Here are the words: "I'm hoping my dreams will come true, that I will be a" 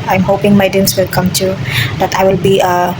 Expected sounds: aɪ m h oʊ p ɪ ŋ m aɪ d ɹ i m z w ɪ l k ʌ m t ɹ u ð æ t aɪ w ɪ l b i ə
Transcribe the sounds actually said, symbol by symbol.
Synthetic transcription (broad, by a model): aɪ m h oʊ p ɪ ŋ m aɪ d i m s w ɪ l k ʌ m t u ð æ t aɪ w ɪ l b i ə